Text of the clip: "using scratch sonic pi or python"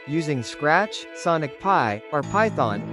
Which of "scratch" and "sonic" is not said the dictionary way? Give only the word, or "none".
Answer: none